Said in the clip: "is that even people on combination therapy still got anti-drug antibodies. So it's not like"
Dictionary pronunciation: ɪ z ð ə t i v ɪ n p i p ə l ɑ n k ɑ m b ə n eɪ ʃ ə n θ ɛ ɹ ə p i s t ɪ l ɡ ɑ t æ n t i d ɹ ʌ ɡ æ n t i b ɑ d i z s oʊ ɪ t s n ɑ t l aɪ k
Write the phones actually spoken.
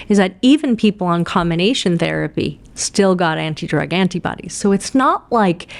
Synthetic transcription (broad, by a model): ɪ z ð ə t i v ɪ n p i p l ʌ n k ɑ m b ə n eɪ ʃ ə n θ ɛ ɹ ə p i s t ɪ l ɡ ɑ t æ n t i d ɹ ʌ ɡ æ n t i b ɑ d i z s oʊ ɪ t s n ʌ t l aɪ k